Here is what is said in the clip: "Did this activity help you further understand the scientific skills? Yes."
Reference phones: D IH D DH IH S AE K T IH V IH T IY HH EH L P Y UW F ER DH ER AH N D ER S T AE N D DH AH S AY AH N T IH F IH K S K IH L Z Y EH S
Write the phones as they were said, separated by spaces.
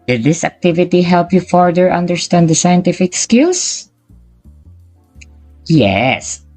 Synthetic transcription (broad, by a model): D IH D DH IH S AE K T IH V IH T IY HH EH L P Y UW F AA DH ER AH N D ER S T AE N D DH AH S AY AH N T IH F IH K S K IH L S Y EH S